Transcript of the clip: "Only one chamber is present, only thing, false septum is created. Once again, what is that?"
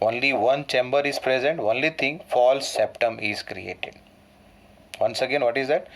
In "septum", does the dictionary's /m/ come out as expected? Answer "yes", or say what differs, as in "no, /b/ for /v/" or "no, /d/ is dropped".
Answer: yes